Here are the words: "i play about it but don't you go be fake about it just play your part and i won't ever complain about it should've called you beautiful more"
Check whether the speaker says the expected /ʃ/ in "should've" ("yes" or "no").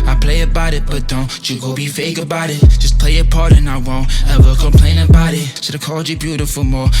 no